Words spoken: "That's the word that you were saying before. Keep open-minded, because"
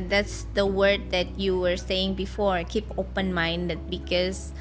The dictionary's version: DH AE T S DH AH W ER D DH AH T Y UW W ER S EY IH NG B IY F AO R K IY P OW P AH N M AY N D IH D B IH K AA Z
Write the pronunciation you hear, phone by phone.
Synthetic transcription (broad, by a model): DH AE T S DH AH W ER D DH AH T Y UW W ER S EY IH NG B IY F AO R K IY P OW P AH N M AY N D IH D B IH K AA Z